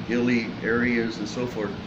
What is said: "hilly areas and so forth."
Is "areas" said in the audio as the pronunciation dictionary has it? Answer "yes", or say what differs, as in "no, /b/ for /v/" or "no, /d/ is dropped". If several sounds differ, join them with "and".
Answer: yes